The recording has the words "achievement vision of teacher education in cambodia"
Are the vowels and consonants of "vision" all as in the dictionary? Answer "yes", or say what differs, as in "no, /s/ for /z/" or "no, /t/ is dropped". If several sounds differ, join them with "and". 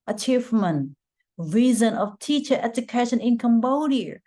no, /z/ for /ʒ/